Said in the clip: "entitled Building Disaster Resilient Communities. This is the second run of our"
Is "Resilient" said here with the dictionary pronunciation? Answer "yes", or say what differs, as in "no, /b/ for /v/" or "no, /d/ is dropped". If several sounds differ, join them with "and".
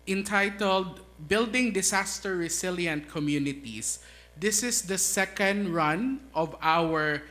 no, /s/ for /z/